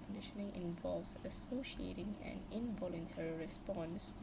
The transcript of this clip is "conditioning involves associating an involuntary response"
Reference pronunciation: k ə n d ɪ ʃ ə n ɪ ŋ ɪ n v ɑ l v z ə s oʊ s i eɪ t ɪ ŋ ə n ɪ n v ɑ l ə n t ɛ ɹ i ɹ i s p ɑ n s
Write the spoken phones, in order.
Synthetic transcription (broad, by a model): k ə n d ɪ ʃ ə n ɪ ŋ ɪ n v ɑ l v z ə s oʊ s i eɪ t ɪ ŋ ə n ɪ n v ɑ l ə n t ɛ ɹ i ɹ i s p ɑ n s